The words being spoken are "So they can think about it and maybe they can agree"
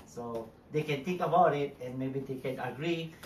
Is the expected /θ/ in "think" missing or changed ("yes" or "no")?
yes